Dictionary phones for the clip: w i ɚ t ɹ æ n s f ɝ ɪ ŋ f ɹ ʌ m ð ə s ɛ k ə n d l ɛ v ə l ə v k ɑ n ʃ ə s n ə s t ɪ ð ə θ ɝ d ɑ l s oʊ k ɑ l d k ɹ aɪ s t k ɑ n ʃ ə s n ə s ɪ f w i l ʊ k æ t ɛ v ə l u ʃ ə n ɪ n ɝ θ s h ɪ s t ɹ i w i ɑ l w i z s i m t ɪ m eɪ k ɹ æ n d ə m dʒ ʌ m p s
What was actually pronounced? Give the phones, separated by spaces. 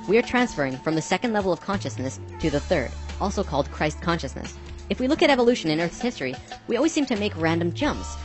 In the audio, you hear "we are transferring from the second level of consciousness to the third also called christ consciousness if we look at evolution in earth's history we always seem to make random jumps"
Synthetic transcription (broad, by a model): w i ɚ t ɹ æ n s f ɝ ɪ ŋ f ɹ ʌ m ð ə s ɛ k ə n d l ɛ v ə l ə v k ɑ n ʃ ə s n ə s t ɪ ð ə θ ɝ d ɑ l s oʊ k ɑ l d k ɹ aɪ s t k ɑ n ʃ ə s n ə s ɪ f w i l ʊ k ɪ t ɛ v ə l u ʃ ə n ɪ n ɝ θ s h ɪ s t ɹ i w i ɑ l w i z s i m t ɪ m eɪ k ɹ æ n d ə m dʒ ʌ m p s